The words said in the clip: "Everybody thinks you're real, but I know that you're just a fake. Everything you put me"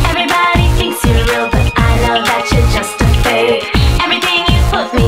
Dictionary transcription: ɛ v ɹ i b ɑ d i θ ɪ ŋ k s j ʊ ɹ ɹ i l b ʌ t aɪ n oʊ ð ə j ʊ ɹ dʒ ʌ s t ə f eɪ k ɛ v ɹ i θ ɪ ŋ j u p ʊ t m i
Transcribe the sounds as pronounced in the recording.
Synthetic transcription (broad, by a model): ɛ v ɹ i b ɑ d i θ ɪ ŋ k s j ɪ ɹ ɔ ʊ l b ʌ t aɪ n oʊ ð ə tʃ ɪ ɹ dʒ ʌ s t ə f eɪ ɛ v ɹ i θ ɪ ŋ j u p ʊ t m i